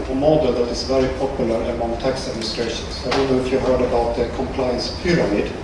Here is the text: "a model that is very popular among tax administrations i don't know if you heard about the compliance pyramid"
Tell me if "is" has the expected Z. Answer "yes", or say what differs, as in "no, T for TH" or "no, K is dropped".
no, S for Z